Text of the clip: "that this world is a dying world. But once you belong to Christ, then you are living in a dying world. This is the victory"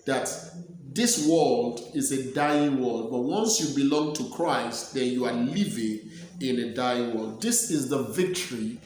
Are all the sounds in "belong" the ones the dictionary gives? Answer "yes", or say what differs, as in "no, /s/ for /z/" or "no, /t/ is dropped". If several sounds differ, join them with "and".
yes